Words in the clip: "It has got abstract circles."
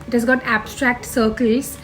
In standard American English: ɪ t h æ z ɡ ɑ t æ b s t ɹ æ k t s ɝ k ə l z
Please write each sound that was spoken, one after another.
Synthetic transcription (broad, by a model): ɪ t h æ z ɡ ɑ t æ b s t ɹ æ k t s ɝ k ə l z